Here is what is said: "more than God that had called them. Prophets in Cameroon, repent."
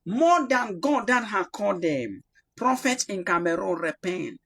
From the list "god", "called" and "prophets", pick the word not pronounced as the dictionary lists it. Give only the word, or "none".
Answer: prophets